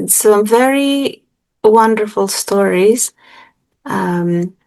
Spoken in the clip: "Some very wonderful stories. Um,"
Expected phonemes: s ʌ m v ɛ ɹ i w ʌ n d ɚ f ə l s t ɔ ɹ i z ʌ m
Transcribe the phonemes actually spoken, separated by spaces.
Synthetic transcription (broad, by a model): s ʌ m v ɛ ɹ i w ʌ n d ɚ f ə l s t ɔ ɹ i z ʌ m